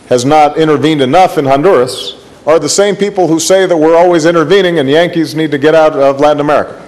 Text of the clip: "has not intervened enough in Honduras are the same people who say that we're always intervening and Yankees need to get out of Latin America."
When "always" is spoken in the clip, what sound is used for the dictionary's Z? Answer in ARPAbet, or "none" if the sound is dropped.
Z